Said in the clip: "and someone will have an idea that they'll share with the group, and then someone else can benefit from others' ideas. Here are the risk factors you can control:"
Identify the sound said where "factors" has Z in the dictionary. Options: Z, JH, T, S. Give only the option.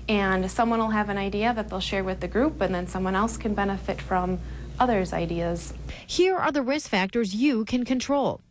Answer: Z